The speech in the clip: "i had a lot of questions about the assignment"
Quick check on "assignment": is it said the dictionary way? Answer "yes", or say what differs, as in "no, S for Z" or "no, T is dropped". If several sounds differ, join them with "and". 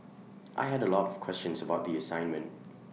yes